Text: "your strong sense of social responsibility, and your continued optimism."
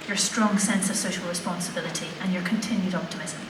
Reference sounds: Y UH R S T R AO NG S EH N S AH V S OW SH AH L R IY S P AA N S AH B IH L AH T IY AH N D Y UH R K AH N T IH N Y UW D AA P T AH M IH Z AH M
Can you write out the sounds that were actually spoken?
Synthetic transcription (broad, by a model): Y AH R S T R AO NG S EH N S AH V S OW SH AH L R IY S P AA N S AH B IH L AH T IY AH N Y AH R K AH N T IH N Y UW D AA P T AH M IH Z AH M